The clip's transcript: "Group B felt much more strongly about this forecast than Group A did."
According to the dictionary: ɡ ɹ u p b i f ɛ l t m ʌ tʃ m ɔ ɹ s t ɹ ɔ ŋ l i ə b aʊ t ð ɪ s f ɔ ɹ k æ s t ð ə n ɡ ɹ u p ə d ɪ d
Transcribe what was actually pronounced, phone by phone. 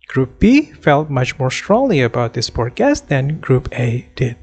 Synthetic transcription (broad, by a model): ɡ ɹ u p b i f ɛ l t m ʌ tʃ m ɔ ɹ s t ɹ ɔ ŋ l i ə b aʊ t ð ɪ s p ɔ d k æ s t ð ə n ɡ ɹ u p ə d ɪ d